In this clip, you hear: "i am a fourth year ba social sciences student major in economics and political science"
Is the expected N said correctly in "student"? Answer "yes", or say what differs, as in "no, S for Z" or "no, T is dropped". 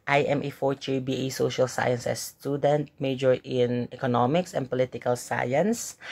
yes